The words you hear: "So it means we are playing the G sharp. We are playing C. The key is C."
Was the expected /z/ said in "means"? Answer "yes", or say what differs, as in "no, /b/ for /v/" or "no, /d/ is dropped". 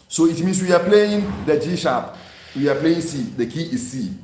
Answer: no, /s/ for /z/